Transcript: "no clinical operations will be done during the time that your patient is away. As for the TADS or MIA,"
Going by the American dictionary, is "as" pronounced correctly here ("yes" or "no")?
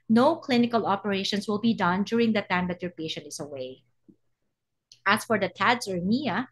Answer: no